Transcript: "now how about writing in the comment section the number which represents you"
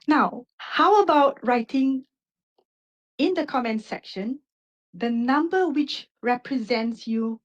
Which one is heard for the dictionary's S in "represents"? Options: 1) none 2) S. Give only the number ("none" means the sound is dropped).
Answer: 2